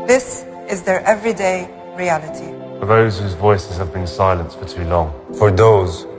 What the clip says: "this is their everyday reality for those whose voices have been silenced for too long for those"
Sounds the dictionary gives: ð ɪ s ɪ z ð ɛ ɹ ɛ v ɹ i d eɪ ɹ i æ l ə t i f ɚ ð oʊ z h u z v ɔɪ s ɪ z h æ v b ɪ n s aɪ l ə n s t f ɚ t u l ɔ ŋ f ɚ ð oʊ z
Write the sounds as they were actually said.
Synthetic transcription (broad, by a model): ð ɪ s ɪ z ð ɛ ɹ ɛ v ɹ i d eɪ ɹ i æ l ə t i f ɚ ð oʊ z h u z v ɔɪ s ɪ z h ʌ v b ɪ n s aɪ l ə n s t f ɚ t u l ɔ ŋ f ɚ ð oʊ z